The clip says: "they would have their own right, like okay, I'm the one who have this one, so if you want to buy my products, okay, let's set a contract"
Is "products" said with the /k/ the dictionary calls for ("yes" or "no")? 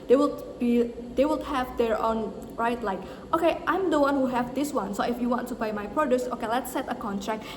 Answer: no